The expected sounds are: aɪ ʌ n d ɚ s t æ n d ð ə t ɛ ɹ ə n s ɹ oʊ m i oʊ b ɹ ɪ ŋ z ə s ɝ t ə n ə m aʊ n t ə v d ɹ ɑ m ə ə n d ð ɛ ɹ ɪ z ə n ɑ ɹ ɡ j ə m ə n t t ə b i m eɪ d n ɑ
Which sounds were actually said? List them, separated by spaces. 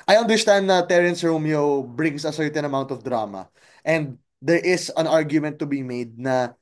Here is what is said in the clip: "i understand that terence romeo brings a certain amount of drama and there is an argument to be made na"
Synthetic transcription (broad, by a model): aɪ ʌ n d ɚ s t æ n d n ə t ɛ ɹ ə n s ɹ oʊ m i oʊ b ɹ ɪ ŋ s ə s ɝ t ə n ə m aʊ n t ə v d ɹ ɑ m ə ə n d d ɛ ɹ ɪ s ə n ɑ ɹ ɡ j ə m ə n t t ə b i m eɪ d n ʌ